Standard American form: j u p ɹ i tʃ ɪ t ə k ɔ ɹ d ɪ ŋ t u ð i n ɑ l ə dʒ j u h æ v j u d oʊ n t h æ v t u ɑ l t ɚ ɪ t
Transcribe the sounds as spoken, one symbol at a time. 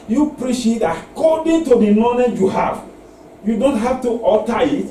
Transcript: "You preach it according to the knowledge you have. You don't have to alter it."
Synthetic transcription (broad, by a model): j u p ɹ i ʃ ɪ t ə k ɔ d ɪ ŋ t u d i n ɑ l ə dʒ j u h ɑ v j u d oʊ n t h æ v t u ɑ t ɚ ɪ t